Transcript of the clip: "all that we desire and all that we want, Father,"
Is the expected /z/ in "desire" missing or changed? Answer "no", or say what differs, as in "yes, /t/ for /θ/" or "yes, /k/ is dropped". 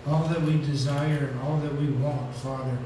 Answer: no